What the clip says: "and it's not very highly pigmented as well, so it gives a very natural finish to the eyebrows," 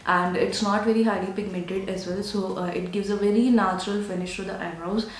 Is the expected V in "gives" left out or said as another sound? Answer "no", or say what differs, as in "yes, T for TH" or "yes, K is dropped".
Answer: no